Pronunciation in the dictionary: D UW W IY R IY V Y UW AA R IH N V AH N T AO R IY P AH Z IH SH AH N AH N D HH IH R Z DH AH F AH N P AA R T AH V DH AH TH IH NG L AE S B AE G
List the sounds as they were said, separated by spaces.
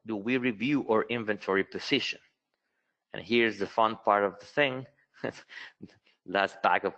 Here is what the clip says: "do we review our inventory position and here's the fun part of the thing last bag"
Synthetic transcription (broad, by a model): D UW W IY R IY V Y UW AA R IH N V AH N T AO R IY P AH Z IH SH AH N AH N HH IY R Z DH AH F AH N P AA R T AH V DH AH TH IH NG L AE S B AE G